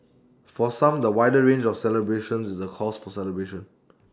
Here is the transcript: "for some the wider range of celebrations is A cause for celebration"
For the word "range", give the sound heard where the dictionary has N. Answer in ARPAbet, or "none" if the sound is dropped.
N